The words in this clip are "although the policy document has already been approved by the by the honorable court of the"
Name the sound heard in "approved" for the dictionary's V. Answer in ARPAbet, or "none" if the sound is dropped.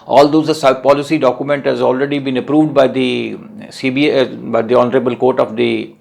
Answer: V